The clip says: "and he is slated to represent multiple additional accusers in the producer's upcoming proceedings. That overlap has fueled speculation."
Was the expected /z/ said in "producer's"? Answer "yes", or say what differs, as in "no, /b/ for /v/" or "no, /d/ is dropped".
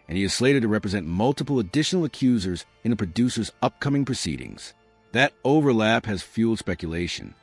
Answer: yes